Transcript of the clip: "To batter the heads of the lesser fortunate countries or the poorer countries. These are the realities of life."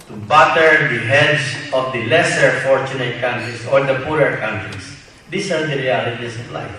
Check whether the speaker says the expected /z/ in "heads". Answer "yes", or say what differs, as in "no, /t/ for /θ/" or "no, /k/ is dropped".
no, /s/ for /z/